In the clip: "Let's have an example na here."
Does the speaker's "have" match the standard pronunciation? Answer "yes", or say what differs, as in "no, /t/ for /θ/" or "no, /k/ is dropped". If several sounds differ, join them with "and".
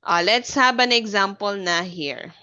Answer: no, /b/ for /v/